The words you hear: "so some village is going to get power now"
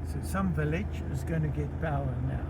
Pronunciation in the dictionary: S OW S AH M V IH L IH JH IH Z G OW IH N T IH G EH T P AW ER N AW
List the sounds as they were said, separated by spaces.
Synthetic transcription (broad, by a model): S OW S AH M V IH L IH JH IH Z G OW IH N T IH G EH T B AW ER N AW